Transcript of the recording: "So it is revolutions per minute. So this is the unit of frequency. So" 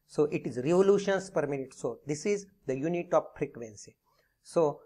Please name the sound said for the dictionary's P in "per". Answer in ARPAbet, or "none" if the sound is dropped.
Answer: P